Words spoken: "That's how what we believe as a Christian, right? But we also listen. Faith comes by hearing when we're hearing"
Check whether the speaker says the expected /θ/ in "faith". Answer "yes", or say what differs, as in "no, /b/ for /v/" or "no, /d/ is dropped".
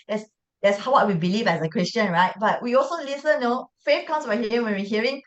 no, /f/ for /θ/